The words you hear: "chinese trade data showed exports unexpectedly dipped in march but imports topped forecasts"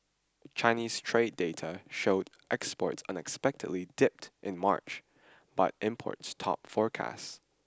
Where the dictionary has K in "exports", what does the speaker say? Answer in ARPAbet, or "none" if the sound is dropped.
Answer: K